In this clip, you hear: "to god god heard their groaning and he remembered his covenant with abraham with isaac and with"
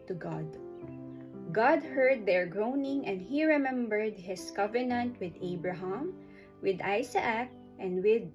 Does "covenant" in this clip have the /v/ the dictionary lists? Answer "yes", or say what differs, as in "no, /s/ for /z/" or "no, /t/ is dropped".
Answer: yes